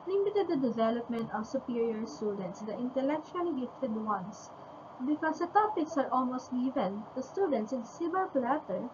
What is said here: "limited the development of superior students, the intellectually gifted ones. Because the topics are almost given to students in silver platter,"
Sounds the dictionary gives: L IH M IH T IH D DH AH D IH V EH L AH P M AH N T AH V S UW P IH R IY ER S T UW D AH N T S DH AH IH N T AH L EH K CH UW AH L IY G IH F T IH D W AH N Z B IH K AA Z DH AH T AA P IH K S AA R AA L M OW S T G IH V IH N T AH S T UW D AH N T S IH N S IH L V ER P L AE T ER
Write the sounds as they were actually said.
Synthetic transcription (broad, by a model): L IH M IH T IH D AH D IH V EH L AH P M AH N T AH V S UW P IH R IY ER S T UW D AH N T S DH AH IH N T AH L EH K CH UW AH L IY G IH F T IH D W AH N S B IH K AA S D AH T AA P IH K S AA R AA L M OW S T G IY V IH N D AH S T UW D AH N T S IH N S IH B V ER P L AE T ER